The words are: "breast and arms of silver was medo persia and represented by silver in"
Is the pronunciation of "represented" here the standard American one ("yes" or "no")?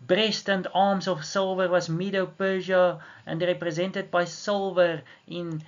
yes